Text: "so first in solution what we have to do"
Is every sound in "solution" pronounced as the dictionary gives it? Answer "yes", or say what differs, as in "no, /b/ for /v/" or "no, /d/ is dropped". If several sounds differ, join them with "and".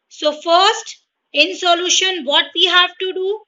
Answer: yes